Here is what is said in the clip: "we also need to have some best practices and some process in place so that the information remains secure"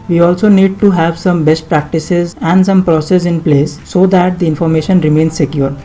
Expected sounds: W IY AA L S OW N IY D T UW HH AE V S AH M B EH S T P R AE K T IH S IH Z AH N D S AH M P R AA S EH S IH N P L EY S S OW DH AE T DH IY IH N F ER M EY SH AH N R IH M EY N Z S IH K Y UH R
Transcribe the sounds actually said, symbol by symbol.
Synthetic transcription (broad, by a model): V IY AA L S OW N IY D T UW HH AE V S AH M B EH S T P R AE K T IH S IH Z AH N D S AH M P R AA S EH S IH N P L EY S S OW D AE T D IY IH N F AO M EY SH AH N R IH M EY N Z S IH K Y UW R